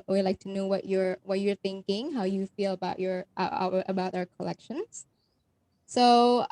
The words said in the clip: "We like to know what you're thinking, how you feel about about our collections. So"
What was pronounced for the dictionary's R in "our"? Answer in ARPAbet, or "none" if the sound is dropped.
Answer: R